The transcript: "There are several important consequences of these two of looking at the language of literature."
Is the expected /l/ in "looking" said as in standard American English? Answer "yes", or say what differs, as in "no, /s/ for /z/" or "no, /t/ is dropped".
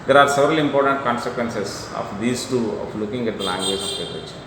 yes